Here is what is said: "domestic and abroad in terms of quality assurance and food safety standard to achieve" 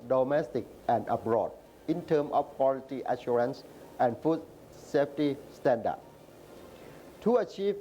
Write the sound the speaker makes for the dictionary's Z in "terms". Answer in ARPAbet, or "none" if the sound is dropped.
none